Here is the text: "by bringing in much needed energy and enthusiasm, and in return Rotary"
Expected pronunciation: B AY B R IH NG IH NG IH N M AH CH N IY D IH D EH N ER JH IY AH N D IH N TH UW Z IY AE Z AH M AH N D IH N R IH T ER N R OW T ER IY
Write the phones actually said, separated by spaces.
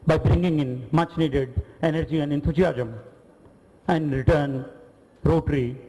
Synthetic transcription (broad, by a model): B AY B R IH NG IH NG IH N M AH CH N IY D IH D EH N ER JH IY AH N D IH N T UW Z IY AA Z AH M AH N D R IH T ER N R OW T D IY